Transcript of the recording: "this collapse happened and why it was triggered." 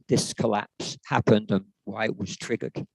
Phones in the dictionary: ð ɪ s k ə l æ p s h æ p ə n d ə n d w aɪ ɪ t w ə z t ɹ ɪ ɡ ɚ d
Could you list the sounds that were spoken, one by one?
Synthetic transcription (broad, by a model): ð ɪ s k ə l æ p s h æ p ə n d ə n w aɪ ɪ t w ə z t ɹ ɪ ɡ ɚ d